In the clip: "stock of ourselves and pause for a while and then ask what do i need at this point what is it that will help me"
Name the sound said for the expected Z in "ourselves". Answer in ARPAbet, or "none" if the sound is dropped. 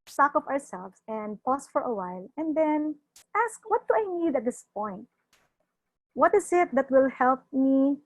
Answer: S